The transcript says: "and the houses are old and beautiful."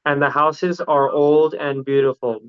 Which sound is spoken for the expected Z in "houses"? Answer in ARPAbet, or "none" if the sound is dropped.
Z